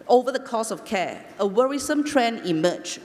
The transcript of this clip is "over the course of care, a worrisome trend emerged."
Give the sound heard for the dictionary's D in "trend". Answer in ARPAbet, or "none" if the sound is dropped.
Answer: none